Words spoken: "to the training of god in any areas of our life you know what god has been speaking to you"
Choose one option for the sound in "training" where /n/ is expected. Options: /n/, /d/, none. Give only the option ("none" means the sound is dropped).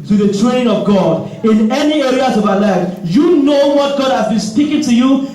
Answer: none